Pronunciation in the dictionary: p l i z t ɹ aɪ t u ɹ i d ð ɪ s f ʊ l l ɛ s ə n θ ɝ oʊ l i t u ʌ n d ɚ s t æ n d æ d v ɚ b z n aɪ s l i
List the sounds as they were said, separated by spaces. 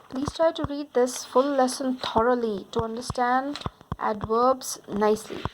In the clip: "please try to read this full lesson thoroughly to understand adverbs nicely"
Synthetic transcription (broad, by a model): p l i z t ɹ aɪ t u ɹ i d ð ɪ s f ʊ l l ɛ s ə n t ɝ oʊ l i t u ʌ n d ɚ s t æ n d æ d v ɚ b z n aɪ s l i